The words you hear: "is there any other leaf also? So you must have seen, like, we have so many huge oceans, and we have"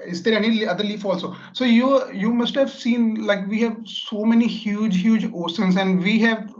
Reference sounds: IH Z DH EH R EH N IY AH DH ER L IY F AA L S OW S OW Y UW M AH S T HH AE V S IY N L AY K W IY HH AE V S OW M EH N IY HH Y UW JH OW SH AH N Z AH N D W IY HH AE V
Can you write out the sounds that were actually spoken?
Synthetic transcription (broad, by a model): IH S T EH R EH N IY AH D ER L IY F AA L S OW S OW Y UW M AH S T HH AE V S IY N L AY K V IY HH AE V S OW M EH N IY HH Y UW JH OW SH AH N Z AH N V IY HH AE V